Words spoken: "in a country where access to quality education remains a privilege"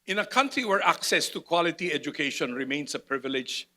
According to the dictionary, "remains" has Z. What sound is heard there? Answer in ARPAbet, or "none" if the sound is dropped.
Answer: S